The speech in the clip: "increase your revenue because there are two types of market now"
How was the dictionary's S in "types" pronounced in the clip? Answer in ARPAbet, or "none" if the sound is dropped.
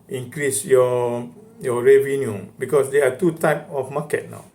none